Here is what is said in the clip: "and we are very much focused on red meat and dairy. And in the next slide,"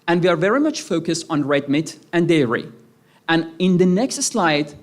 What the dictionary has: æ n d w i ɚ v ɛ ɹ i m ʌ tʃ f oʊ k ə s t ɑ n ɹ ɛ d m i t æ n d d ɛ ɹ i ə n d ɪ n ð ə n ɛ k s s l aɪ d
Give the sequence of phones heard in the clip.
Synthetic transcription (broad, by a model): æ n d w i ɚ v ɛ ɹ i m ʌ tʃ f oʊ k ə s t ɑ n ɹ ɛ d m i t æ n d d ɛ ɹ i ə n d ɪ n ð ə n ɛ k s s l aɪ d